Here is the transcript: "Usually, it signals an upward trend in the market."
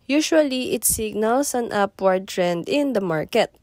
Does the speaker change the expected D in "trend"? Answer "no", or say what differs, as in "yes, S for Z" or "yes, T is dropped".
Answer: no